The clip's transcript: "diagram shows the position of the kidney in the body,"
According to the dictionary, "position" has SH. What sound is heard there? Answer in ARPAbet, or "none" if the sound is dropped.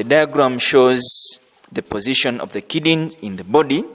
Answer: SH